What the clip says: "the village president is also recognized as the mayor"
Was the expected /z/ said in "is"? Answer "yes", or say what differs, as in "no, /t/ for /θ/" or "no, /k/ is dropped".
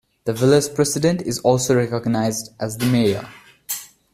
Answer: yes